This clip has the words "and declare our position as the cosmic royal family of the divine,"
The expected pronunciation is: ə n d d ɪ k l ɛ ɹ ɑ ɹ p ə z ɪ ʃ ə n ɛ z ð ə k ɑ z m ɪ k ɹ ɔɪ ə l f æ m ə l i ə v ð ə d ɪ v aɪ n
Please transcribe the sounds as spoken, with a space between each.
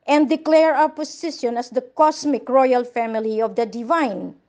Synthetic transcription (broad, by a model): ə n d d ɪ k l ɛ ɹ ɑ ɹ p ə s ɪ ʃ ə n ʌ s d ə k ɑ s m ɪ k ɹ ɔɪ ə l f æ m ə l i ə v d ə d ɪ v aɪ n